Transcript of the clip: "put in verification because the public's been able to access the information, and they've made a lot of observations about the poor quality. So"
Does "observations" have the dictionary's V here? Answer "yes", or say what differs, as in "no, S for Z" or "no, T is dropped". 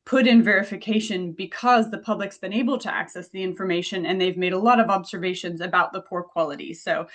yes